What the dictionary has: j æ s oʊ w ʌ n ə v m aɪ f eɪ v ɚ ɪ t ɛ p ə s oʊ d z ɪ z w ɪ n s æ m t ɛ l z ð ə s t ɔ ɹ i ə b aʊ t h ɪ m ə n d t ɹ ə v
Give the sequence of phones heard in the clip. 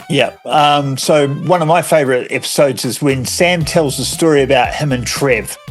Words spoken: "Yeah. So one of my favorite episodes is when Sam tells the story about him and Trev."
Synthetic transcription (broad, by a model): j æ s oʊ w ʌ n ə v m aɪ f eɪ v ɚ ɪ t ɛ p ə s oʊ d z ɪ z w ɪ n s æ m t ɛ l z ð ə s t ɔ ɹ i ə b aʊ t h ɪ m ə n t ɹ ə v